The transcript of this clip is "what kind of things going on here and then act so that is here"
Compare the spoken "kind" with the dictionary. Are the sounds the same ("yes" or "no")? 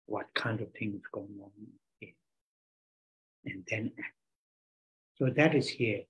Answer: yes